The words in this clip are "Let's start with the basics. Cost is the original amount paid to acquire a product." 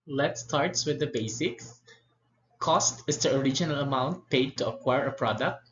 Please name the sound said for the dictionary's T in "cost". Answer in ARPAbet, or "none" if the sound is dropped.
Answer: T